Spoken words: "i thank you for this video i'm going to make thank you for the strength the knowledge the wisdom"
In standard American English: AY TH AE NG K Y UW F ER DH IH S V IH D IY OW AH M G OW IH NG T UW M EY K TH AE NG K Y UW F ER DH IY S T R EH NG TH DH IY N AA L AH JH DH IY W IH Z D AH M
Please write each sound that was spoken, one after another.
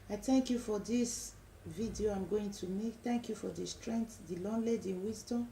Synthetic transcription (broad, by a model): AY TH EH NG K Y UW F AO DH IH S V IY D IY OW AH M G OW IH NG T UW M EY K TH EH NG K Y UW F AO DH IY S T R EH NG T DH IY L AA L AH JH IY W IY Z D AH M